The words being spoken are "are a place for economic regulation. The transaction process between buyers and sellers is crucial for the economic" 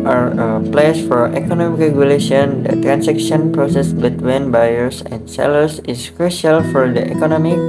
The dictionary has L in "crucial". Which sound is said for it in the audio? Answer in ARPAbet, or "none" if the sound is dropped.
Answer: L